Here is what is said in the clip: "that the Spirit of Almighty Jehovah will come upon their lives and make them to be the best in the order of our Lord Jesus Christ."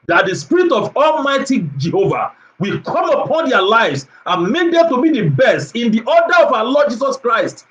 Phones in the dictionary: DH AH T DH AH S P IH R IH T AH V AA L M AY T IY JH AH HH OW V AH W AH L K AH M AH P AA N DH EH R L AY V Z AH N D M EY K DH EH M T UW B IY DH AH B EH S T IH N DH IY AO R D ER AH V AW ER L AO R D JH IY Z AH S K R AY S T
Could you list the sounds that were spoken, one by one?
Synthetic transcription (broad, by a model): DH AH T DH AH S P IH R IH T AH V AA L M AY T IY JH AH HH OW V AH W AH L K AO M AH P AA N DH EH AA L AY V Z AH N M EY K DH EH M T UW B IY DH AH B EH S T IH N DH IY AO D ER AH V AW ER L AO D JH IY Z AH S K R AY S T